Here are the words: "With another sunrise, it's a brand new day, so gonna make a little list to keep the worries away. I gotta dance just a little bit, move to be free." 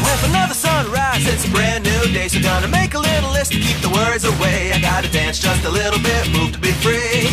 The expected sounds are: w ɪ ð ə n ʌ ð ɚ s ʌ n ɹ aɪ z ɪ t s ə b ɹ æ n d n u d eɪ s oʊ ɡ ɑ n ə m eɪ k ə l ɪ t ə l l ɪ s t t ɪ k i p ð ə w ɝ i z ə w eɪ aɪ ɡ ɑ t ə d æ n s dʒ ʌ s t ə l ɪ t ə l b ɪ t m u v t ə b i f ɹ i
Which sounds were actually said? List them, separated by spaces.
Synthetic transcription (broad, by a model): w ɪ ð ə n ʌ ð ɚ s ʌ n ɹ aɪ s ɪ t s ə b ɹ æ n n u d eɪ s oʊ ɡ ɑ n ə m eɪ k ə l ɪ t l l ɪ s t t ɪ k i p ð ə w ɝ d z ə w eɪ aɪ ɡ ɑ t ə d æ n s dʒ ʌ s t ə l ɪ t l b ɪ t m u v t ə b i f ɹ i